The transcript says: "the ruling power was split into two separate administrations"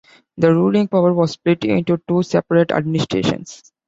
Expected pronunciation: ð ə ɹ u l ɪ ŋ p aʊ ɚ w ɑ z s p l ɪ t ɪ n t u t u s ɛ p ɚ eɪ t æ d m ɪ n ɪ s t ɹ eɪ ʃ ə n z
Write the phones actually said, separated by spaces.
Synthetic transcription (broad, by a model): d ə ɹ u l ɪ ŋ p aʊ ɚ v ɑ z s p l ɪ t ɪ n t u t u s ɛ p ɚ eɪ t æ d m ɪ n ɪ s t ɹ eɪ ʃ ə n s